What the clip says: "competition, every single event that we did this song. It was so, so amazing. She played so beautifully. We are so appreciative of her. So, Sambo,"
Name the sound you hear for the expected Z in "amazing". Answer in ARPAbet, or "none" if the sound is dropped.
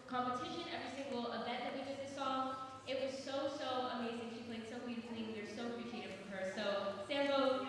Z